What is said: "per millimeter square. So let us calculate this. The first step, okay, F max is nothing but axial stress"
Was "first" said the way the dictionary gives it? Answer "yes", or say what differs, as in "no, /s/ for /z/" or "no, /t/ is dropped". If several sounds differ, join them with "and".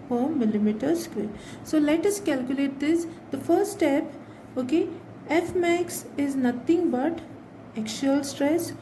no, /s/ is dropped